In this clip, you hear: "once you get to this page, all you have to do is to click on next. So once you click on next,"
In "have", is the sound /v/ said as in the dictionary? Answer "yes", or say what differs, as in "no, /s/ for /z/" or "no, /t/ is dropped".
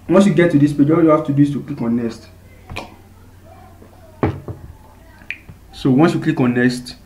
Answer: no, /f/ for /v/